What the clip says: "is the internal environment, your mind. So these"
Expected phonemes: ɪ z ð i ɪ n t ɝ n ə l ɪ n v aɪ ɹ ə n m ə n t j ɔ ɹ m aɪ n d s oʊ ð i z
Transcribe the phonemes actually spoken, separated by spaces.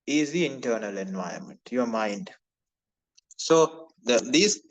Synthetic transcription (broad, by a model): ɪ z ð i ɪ n t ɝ n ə l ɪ n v aɪ ə m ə n t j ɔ m aɪ n d s oʊ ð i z